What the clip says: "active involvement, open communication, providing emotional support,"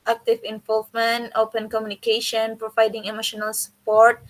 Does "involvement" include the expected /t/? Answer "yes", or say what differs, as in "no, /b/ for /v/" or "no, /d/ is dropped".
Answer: yes